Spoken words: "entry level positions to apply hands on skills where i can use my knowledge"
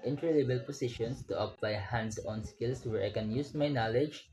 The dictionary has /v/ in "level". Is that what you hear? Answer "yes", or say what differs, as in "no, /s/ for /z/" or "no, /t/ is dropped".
no, /b/ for /v/